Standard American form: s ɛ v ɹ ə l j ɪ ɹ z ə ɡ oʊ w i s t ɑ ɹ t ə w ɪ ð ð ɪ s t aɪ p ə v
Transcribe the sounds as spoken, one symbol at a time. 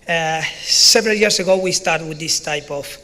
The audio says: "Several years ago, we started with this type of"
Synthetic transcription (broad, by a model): s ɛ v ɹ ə l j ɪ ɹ s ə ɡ oʊ w i s t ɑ ɹ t w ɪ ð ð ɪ s t aɪ p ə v